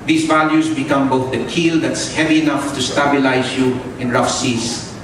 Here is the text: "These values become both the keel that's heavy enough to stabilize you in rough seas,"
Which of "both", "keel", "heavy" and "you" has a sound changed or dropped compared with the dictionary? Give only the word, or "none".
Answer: none